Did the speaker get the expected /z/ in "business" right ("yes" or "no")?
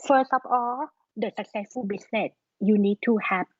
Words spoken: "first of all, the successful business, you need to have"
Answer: no